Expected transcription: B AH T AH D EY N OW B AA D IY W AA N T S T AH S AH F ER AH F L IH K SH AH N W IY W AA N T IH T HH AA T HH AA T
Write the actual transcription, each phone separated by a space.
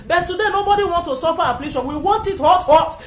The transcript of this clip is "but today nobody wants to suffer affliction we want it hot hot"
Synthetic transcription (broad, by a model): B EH T AH D EY N OW B AA D IY W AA N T T AH S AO F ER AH F L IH K SH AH N W IY W AA N T IH T HH AA T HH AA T